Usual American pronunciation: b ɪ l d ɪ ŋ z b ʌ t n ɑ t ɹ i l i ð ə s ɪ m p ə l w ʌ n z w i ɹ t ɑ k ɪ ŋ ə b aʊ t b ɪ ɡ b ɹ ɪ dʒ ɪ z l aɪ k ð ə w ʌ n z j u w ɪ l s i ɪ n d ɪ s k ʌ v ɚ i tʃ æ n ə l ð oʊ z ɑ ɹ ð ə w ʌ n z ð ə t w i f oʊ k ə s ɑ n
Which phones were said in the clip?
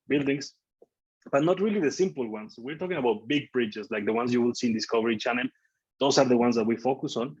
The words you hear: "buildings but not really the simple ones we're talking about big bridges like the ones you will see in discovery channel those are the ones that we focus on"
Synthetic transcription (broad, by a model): b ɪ l d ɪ ŋ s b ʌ t n ɑ t ɹ i l i ð ə s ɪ m p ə l w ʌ n s w i ɹ t ɑ k ɪ ŋ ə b aʊ t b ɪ ɡ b ɹ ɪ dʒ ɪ s l aɪ k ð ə w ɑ n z j u w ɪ l s i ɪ n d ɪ s k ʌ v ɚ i tʃ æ n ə l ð oʊ s ɑ ɹ ð ə w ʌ n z ð ə t w i f oʊ k ə s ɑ n